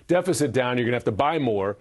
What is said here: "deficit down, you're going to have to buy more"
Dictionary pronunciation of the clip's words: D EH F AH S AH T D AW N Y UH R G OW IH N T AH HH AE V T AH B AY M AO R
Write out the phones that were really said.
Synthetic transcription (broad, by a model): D EH F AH S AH T D AW N Y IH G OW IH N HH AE F T AH B AY M AO R